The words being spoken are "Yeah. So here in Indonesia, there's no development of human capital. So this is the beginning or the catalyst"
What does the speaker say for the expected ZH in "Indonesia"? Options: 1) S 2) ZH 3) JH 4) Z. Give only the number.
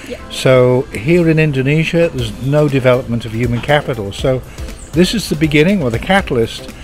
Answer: 2